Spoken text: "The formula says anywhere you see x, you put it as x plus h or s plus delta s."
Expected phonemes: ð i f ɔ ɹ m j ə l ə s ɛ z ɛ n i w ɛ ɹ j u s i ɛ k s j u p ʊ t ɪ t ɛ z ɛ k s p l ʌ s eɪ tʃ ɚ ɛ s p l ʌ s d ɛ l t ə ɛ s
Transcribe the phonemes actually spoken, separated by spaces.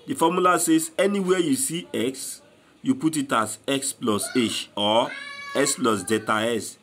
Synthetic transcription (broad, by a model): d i f ɔ m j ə l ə s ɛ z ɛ n i w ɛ j u s i ɛ k s j u p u t ɪ t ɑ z ɛ k s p l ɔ s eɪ ʃ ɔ ɛ s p l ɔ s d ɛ t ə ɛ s